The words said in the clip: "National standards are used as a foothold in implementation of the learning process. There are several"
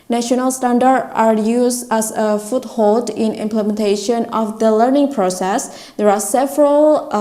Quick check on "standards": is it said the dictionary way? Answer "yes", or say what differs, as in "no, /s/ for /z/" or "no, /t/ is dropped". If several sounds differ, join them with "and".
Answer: no, /z/ is dropped